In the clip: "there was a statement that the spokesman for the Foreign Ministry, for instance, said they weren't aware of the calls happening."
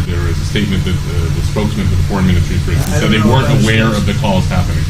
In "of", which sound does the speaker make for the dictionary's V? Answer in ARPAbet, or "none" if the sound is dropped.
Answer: V